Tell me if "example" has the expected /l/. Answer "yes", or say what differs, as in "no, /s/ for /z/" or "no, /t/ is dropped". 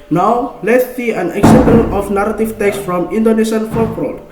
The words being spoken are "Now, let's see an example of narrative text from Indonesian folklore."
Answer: no, /n/ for /l/